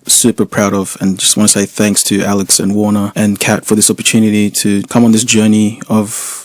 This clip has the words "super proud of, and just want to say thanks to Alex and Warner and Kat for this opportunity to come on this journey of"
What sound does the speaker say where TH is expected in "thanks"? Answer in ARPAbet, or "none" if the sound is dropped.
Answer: TH